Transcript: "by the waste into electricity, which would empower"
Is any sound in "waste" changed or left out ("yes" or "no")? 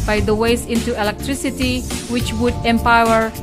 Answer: yes